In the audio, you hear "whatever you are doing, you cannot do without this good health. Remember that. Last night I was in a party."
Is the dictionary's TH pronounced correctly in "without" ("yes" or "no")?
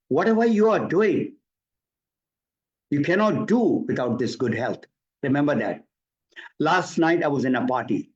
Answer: no